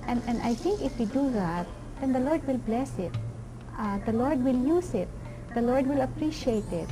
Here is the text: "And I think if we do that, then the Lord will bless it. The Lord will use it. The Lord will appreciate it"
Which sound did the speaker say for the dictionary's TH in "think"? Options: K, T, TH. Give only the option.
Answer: T